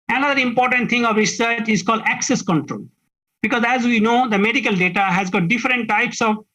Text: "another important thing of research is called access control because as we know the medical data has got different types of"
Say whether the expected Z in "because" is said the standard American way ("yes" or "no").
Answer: yes